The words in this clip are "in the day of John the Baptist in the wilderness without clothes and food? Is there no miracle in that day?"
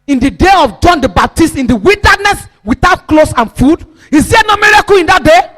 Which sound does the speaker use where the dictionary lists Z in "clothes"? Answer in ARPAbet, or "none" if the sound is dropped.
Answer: S